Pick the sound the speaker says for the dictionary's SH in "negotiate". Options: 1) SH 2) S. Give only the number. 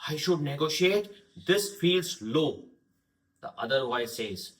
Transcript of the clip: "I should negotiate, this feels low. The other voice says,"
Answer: 1